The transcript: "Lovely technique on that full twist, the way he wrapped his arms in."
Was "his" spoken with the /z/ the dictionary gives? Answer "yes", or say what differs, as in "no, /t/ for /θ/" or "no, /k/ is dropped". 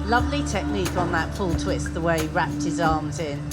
yes